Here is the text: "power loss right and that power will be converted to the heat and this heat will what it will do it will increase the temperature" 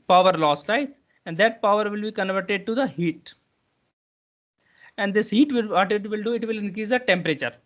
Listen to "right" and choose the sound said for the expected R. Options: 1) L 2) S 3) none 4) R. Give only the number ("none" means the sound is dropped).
1